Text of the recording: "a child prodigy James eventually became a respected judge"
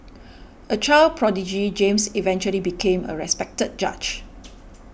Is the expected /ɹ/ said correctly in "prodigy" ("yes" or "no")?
yes